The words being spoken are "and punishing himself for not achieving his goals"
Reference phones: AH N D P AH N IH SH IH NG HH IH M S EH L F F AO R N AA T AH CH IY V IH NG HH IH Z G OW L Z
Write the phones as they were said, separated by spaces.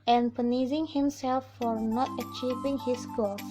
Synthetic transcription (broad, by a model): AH N P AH N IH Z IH NG HH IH M S EH L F F AO R N AA T AH CH IY V IH NG HH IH S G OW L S